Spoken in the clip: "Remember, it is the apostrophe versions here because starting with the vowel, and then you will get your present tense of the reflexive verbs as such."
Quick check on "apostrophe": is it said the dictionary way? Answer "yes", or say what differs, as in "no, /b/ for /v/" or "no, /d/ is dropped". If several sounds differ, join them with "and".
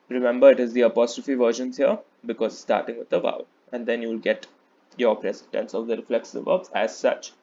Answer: yes